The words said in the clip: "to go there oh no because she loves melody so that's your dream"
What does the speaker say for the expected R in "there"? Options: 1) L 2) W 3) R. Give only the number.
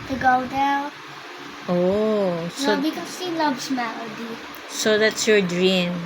1